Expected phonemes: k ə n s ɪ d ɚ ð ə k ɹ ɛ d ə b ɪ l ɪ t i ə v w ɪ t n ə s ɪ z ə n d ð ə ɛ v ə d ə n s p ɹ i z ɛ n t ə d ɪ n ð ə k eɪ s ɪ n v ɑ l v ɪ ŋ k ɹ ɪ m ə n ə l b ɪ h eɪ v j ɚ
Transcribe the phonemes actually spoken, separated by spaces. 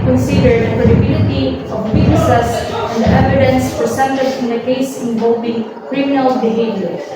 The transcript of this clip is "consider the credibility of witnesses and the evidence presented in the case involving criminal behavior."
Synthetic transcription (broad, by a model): k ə n s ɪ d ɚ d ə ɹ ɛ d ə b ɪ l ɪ t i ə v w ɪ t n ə s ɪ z ə n d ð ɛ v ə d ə n s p ɹ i s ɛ n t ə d ɪ n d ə k eɪ s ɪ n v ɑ l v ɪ ŋ k ɹ ɪ m ə n ə l b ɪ h eɪ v j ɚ